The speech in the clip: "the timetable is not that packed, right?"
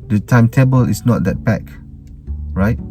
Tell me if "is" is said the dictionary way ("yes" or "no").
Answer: no